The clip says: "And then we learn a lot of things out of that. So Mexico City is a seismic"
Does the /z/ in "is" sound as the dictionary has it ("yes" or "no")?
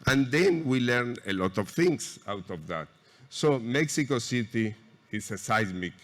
no